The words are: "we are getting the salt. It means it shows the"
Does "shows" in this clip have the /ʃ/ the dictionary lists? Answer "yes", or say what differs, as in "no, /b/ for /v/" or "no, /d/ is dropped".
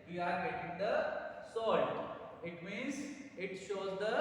yes